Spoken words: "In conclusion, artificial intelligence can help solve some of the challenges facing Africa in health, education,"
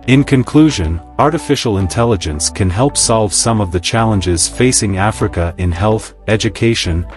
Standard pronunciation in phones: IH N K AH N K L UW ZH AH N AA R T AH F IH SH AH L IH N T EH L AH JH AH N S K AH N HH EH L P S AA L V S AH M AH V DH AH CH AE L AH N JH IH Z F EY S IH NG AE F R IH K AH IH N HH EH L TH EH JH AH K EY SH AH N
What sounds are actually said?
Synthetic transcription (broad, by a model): IH N K AH N K L UW ZH AH N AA R T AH F IH SH L IH N T EH L AH JH AH N S K AH N HH EH L P S AA L V S AH M AH V DH AH CH AE L AH N JH IH Z F EY S IH NG AE F R IH K AH IH N HH EH L TH EH JH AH K EY SH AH N